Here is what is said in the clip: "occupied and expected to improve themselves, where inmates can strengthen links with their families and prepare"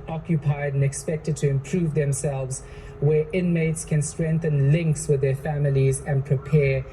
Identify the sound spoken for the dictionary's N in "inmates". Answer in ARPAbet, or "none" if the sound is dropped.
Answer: N